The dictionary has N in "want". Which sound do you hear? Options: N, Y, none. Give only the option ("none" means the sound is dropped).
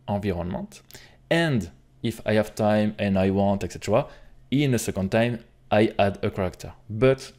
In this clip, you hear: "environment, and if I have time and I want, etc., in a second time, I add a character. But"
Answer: none